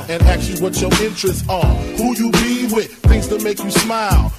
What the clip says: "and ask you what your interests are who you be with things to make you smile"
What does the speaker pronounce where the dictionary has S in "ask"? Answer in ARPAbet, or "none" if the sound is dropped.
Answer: none